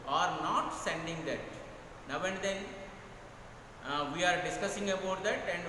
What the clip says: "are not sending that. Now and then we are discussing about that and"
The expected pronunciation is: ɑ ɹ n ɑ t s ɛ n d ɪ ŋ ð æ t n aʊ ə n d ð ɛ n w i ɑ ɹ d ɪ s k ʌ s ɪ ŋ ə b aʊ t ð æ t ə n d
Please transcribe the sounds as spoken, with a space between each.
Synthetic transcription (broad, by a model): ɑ ɹ n ɑ t s ɛ n d ɪ ŋ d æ t n aʊ ə n d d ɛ n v i ɑ ɹ d ɪ s k ʌ s ɪ ŋ ə b aʊ t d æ t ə n d